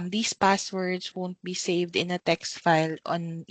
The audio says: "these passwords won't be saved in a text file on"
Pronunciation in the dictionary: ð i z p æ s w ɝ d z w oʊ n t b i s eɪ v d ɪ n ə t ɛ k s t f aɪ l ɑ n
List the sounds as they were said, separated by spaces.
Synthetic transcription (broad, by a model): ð i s p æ s w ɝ d s w oʊ n t b i s eɪ v d ɪ n ə t ɛ k s t f aɪ l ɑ n